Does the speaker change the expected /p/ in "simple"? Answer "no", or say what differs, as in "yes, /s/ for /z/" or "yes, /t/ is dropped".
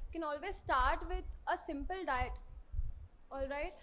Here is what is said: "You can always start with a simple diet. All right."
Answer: no